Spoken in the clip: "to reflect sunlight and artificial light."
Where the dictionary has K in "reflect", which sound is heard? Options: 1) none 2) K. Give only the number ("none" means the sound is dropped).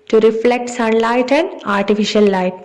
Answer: 2